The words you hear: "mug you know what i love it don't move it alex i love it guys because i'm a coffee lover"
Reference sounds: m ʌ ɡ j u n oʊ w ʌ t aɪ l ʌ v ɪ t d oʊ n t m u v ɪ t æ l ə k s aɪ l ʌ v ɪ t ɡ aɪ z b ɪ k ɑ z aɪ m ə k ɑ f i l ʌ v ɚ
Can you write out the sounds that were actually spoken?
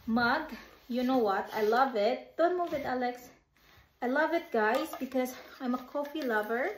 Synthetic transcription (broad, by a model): m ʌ ɡ j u n oʊ w ʌ t aɪ l ʌ v ɪ t d oʊ n t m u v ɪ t æ l ə k s aɪ l ʌ v ɪ t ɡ aɪ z b ɪ k ɑ z aɪ m ə k ɑ f i l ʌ v ɚ